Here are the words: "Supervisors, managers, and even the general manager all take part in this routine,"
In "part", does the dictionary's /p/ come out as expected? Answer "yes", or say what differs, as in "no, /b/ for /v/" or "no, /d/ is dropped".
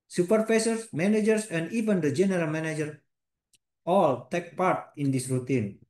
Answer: yes